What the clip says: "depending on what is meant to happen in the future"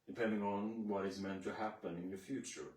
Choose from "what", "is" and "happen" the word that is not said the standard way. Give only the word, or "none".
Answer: none